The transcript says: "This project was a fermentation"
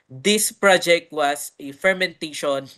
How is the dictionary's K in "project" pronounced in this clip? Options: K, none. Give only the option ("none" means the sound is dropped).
K